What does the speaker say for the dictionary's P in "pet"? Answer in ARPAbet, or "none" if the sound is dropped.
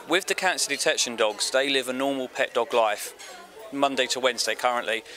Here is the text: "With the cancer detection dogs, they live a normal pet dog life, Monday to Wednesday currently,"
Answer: P